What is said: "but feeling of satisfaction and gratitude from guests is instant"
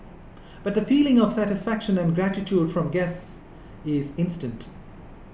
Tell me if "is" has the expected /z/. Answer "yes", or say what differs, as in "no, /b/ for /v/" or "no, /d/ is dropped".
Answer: yes